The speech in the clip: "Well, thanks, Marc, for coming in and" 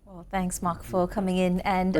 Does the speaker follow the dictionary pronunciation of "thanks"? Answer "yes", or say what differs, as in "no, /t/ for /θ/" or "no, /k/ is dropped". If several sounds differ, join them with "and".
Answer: yes